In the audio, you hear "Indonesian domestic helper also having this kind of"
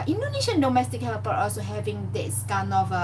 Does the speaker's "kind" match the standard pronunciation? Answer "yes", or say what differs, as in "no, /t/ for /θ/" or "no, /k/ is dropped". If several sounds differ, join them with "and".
no, /d/ is dropped